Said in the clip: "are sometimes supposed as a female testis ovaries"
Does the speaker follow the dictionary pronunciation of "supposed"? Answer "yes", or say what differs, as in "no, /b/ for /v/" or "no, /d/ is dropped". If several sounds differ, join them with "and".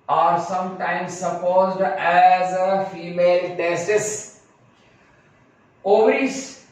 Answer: yes